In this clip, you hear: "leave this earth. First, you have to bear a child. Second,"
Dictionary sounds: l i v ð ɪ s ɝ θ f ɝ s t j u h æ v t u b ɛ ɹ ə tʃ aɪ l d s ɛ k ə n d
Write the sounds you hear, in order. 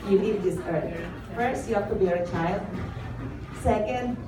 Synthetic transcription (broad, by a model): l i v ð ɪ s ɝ t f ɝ s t j u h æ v t u b ɛ ɹ ə tʃ aɪ l d s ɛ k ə n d